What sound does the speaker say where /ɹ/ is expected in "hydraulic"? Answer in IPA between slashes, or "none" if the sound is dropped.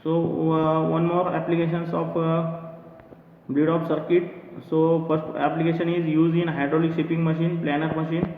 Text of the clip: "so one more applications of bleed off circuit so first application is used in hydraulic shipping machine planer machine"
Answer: /ɹ/